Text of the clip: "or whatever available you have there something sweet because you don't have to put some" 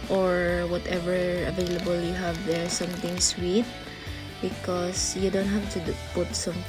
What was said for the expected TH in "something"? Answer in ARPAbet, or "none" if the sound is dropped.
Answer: T